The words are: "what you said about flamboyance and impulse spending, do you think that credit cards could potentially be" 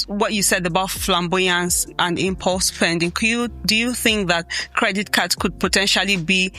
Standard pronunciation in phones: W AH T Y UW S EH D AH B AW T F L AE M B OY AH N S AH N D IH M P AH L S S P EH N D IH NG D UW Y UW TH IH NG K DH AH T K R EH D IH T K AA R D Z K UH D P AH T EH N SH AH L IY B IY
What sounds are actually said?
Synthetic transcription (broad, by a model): W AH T Y UW S EH D AH B AW T F L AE M B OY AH N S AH N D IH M P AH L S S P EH N D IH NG D UW Y UW TH IH NG K DH AH T K R EH D IH T K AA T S K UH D P AH T EH N SH AH L IY B IY